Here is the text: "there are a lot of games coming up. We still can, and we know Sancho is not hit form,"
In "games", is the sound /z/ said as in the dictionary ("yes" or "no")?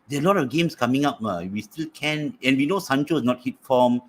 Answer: no